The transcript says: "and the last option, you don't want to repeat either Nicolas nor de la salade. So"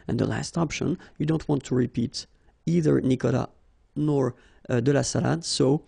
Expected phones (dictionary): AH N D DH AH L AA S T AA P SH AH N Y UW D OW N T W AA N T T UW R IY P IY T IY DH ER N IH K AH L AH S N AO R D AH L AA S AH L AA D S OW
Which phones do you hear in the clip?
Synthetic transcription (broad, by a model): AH N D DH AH L AA S T AA P SH AH N Y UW D OW N T W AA N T T UW R IY P IY T IY DH ER N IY K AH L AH N AO R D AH L AA S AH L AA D S OW